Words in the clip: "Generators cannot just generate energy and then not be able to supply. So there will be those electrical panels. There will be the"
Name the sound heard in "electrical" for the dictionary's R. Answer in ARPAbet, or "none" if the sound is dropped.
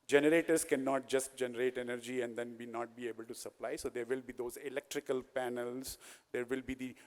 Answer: R